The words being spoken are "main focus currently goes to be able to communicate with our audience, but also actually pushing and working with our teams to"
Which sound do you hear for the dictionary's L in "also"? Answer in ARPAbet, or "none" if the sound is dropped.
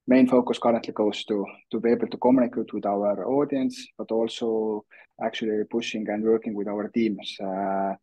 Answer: L